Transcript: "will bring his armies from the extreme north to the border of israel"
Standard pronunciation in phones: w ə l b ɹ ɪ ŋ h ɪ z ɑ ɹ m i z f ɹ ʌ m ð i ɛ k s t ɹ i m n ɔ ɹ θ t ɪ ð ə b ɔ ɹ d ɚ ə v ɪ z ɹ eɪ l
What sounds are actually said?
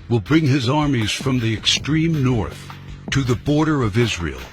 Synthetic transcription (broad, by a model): w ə l b ɹ ɪ ŋ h ɪ z ɑ ɹ m i z f ɹ ʌ m ð i ɛ k s t ɹ i m n ɔ ɹ θ t ɪ ð ə b ɔ ɹ d ɚ ə v ɪ z ɹ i l